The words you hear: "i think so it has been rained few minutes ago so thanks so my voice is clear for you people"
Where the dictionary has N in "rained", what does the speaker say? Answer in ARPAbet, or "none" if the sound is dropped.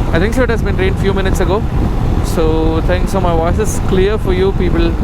N